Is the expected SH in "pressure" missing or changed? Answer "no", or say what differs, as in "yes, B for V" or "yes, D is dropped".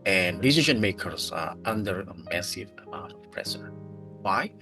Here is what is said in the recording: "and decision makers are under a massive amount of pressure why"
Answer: yes, S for SH